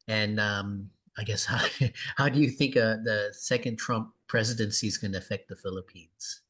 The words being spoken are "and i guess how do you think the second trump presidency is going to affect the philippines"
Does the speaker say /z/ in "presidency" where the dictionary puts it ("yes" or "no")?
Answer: yes